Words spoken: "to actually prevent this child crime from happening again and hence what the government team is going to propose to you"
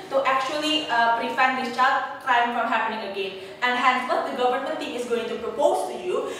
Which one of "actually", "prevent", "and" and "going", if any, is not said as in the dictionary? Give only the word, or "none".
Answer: prevent